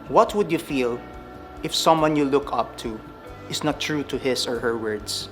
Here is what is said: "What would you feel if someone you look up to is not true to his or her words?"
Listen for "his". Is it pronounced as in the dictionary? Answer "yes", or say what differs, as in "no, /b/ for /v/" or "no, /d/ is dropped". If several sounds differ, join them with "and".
no, /s/ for /z/